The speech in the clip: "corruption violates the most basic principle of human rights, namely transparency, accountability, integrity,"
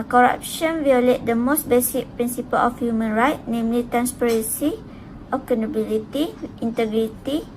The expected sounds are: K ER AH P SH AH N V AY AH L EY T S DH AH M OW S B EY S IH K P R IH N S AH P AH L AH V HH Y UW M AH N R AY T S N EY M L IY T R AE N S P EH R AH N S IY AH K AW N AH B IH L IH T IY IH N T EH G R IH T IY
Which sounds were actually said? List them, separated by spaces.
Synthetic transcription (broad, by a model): K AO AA P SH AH N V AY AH L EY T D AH M OW S B EY S IH K P R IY N S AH P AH L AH F HH Y UW M AH N R AY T N EY M L IY T R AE N S P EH R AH N S IY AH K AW N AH B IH L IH T IY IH N T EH G R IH T IY